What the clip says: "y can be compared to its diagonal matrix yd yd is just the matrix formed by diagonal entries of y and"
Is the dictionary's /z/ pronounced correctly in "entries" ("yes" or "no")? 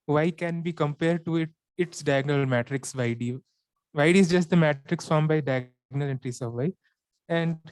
no